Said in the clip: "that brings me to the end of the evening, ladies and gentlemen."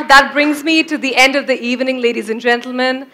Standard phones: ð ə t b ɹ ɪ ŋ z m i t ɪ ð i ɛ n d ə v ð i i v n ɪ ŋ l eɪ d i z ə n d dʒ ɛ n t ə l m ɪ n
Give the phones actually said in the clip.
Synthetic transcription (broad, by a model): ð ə t b ɹ ɪ ŋ z m i t ɪ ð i ɛ n d ə v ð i i v n ɪ ŋ l eɪ d i z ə n dʒ ɛ n t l m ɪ n